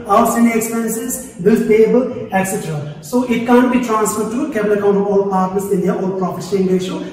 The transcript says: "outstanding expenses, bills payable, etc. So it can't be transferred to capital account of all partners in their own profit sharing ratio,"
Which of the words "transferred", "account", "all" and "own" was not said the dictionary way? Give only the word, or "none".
own